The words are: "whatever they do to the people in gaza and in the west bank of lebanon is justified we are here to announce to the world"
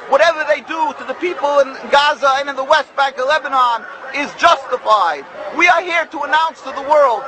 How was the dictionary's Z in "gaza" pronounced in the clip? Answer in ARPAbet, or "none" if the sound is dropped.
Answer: Z